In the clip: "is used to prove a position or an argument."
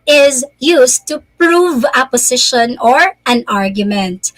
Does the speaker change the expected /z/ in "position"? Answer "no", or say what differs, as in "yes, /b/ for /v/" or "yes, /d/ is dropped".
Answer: yes, /s/ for /z/